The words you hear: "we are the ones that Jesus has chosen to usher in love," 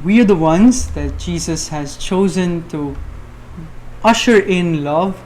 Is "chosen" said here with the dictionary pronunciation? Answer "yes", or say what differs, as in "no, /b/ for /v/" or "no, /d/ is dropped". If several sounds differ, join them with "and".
yes